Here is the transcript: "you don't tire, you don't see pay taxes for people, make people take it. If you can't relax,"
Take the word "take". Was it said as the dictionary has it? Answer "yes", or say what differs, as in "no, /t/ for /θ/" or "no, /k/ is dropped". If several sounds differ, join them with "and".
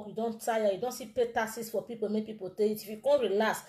no, /k/ is dropped